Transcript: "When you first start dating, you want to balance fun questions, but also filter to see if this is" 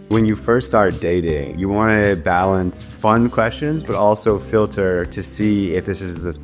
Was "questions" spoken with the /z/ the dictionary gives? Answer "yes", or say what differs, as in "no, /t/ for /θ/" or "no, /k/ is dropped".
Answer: yes